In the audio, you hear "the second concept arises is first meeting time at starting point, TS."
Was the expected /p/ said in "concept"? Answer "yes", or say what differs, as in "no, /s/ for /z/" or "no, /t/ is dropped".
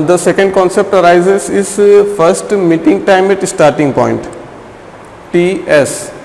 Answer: yes